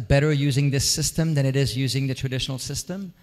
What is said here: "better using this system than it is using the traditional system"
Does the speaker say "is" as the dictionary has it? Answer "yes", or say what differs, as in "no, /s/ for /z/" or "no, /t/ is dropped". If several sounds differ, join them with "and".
yes